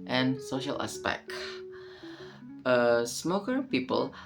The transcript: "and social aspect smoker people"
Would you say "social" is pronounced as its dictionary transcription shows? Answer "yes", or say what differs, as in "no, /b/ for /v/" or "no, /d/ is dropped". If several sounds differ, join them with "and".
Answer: yes